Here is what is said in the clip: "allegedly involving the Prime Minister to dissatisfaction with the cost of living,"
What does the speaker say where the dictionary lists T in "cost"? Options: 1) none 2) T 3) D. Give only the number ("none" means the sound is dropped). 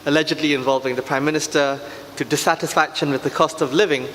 2